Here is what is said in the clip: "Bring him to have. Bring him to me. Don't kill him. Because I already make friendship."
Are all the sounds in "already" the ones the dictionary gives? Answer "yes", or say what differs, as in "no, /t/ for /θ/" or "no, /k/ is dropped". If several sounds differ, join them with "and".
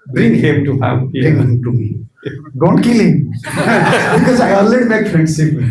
no, /l/ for /ɹ/